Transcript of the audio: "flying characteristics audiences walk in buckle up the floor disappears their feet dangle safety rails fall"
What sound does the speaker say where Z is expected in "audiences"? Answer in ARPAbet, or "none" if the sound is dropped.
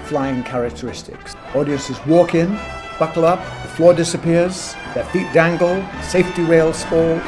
Z